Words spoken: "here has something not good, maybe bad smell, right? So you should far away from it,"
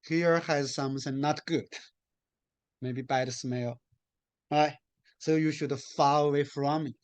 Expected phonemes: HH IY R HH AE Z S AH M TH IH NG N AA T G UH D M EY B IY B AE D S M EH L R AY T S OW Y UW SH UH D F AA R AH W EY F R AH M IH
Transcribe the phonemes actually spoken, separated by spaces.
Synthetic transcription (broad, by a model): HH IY R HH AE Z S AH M S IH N N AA T G UH D M EY B IY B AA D S M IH L R AY T S OW Y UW SH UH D F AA L AH W EY F R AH M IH